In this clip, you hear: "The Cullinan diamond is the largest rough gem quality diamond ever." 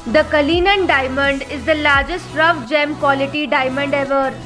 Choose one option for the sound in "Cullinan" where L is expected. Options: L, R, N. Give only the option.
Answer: L